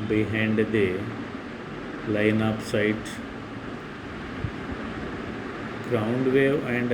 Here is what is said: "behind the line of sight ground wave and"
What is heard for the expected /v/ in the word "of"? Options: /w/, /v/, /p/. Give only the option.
/p/